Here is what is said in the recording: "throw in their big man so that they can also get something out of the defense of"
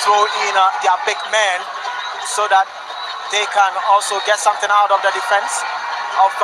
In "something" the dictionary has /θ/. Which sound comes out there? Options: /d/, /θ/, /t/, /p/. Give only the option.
/t/